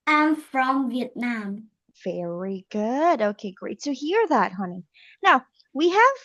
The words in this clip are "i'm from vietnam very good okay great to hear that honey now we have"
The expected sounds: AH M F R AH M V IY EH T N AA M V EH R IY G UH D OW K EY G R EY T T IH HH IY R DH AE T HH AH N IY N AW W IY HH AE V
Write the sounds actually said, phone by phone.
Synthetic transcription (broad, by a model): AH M F R AH M V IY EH T N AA M V EH R IY G UH D OW K EY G R EY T T IH HH IY R DH AE T HH AH N IY N AW W IY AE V